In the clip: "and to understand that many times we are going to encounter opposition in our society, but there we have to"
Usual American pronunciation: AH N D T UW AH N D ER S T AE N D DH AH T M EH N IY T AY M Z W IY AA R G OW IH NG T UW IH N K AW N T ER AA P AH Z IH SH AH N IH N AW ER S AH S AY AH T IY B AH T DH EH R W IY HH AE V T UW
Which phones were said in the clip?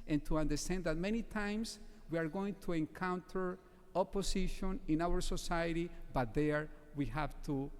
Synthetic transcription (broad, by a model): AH N T UW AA N D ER S T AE N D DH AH T M EH N IY T AY M S W IY AA R G OW IH NG T UW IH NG K AW N T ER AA P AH S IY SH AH N IH N AW ER S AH S AY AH T IY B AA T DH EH R W IY HH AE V T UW